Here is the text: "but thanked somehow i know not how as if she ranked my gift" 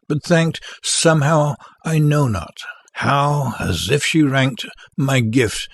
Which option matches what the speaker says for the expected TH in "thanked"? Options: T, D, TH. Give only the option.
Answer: TH